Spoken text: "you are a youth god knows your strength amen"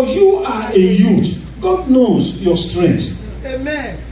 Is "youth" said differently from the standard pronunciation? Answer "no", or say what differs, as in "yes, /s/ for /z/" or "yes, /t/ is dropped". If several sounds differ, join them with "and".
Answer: yes, /t/ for /θ/